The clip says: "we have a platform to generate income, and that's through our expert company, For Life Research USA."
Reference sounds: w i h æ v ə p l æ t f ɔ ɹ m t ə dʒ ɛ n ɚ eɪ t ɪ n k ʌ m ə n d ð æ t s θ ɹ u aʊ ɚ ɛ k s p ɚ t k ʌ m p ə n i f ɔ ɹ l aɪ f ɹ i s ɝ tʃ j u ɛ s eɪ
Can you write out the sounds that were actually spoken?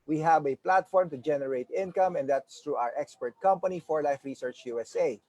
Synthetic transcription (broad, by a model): w i h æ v ə p l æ t f ɔ ɹ m t ə dʒ ɛ n ɚ eɪ t ɪ n k ʌ m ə n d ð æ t s t ɹ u aʊ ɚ ɛ k s p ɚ t k ʌ m p ə n i f ɔ ɹ l aɪ f ɹ i s ɝ tʃ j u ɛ s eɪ